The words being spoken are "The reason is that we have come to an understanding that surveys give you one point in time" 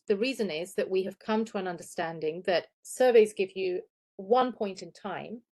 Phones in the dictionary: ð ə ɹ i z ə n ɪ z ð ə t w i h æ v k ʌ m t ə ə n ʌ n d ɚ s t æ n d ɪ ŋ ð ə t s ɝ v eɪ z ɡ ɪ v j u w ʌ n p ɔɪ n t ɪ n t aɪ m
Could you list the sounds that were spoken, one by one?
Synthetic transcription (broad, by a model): ð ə ɹ i z ə n ɪ z ð ə t w i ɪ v k ʌ m t ə ə n ʌ n d ɚ s t æ n d ɪ ŋ ð ə t s ɝ v eɪ z ɡ ɪ v j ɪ w ʌ n p ɔɪ n t ɪ n t aɪ m